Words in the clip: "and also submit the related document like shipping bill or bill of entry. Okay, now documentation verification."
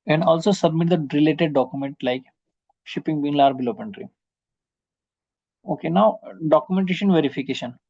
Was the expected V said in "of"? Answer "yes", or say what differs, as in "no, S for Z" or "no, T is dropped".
no, P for V